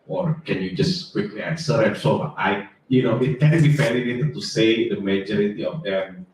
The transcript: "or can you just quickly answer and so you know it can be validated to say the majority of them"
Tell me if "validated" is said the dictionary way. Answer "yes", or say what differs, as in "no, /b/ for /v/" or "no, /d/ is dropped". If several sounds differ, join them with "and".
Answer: no, /f/ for /v/